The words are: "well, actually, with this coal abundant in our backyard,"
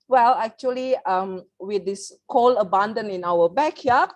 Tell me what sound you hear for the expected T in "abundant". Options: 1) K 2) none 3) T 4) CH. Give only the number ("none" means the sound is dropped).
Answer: 2